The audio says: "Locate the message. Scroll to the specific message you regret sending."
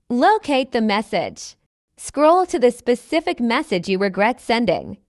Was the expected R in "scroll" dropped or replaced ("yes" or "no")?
no